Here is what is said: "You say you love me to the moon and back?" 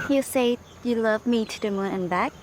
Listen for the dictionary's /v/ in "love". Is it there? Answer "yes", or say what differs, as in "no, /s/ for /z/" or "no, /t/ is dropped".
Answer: yes